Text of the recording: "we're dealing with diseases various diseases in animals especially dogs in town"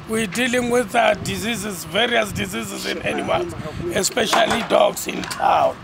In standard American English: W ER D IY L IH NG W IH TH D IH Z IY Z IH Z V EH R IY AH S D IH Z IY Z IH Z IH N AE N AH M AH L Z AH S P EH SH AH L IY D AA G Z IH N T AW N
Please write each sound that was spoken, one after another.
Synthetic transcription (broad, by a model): W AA D IY L IH NG W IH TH D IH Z IY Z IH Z V EH R IY AH S D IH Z IY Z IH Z IH N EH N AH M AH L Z AH S P EH SH AH L IY D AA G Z IH N T AW N